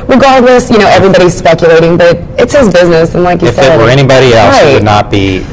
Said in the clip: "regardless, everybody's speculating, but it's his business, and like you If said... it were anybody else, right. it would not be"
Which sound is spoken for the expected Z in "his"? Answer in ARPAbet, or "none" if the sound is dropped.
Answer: Z